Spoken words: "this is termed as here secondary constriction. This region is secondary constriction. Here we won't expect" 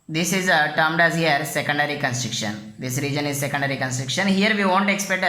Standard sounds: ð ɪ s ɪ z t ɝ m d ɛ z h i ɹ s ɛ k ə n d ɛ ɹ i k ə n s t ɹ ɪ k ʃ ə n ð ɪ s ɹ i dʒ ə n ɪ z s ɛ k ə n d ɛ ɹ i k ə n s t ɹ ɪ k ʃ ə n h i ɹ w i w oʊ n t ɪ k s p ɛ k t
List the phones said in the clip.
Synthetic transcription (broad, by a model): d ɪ s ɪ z t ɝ m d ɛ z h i ɹ s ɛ k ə n d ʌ ɹ i k ə n s t ɹ ɪ k ʃ ə n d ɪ s ɹ i dʒ ə n ɪ z s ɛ k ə n d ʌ ɹ i k ə n s t ɹ ɪ k ʃ ə n h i ɹ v i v oʊ n t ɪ k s p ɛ k t